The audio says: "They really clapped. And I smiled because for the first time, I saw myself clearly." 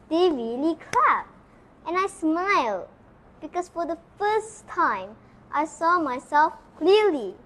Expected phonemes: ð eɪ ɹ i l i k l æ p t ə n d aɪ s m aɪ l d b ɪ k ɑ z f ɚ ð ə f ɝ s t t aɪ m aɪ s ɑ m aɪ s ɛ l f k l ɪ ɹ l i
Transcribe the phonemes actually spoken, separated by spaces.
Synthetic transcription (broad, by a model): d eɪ ɹ i l i k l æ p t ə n aɪ s m aɪ l d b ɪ k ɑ s f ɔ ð ə f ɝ s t t aɪ m aɪ s ɑ m aɪ s ɛ l f k l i l i